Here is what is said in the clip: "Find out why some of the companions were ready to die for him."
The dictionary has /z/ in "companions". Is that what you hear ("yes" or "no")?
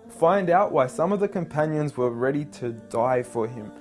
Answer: yes